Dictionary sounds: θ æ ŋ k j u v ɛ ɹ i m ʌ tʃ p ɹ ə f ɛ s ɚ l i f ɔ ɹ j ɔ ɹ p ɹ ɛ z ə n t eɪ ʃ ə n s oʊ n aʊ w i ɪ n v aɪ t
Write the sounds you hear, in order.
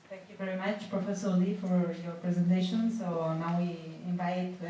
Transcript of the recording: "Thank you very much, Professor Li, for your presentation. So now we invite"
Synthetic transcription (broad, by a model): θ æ ŋ k j u v ɛ ɹ i m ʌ tʃ p ɹ ə f ɛ s ɚ l i f ɔ ɹ j ɔ ɹ p ɹ ɛ z ə n t eɪ ʃ ə n s oʊ n aʊ w i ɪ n v aɪ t